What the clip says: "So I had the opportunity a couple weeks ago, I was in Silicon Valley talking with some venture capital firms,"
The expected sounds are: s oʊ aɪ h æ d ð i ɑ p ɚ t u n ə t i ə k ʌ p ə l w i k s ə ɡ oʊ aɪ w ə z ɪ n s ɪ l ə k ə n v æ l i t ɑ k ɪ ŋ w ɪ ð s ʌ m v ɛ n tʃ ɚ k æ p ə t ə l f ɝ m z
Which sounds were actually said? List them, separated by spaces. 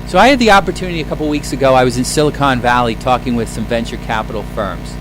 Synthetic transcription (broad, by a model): s oʊ aɪ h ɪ d ð i ɑ p ɚ t u n ə t i ə k ʌ p l w i k s ə ɡ oʊ aɪ w ə z ɪ n s ɪ l ə k ə n v æ l i t ɑ k ɪ ŋ w ɪ ð s ʌ m v ɛ n tʃ ɚ k æ p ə t l f ɝ m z